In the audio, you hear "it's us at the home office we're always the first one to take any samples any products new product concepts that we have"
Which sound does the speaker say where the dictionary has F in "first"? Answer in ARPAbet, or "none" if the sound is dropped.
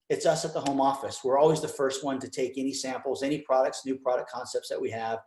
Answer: F